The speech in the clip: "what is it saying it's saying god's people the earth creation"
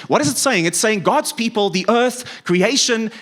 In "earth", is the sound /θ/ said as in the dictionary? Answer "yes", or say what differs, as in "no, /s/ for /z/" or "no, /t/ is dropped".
yes